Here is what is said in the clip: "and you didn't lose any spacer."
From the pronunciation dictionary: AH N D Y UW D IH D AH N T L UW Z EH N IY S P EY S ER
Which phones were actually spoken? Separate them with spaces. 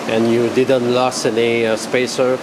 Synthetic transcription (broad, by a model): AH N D Y UW D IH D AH N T L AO S EH N IY S P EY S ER